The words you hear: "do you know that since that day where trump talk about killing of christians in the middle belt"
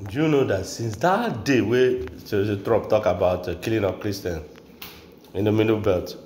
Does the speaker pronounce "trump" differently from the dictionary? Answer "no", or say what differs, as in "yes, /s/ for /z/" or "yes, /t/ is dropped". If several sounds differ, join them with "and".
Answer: yes, /m/ is dropped